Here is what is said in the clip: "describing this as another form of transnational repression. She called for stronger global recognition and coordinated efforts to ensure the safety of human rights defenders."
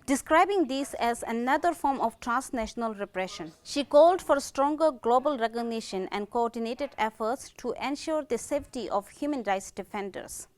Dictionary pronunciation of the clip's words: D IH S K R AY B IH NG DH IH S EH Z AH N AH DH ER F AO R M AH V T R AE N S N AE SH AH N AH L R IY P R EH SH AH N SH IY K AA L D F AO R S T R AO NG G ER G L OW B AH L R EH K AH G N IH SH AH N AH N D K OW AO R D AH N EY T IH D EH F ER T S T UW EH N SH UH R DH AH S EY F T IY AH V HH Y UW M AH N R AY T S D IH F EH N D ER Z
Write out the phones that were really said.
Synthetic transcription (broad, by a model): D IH S K R AY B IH NG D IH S EH Z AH N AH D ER F AO R M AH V T R AE N S N AE SH AH N AH L R IY P R EH SH AH N SH IY K AA L D F AO R S T R AO NG G ER G L OW B AH L R EH K AH G N IH SH AH N AH N D K OW AO R D AH N EY T IH D EH F ER T S T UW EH N SH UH R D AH S EY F T IY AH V HH Y UW M AH N R AY T S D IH F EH N D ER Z